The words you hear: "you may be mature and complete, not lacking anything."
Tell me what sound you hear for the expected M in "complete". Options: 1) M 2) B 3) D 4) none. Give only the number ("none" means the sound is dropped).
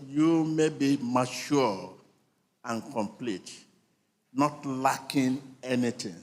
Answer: 1